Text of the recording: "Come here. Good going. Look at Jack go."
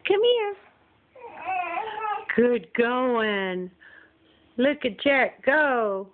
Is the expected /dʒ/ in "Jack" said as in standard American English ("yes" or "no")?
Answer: no